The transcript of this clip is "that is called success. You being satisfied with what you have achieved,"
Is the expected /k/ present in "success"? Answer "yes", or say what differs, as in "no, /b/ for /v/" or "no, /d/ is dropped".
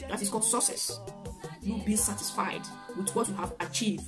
no, /k/ is dropped